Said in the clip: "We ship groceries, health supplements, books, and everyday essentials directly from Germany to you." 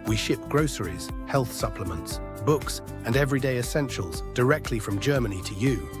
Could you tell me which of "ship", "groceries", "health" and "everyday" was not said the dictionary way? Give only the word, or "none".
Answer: none